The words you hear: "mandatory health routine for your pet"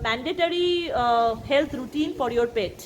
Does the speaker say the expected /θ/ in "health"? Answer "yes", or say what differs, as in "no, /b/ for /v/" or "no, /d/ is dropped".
no, /t/ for /θ/